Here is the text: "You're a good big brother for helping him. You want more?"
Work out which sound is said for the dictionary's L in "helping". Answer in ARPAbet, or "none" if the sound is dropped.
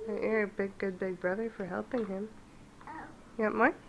L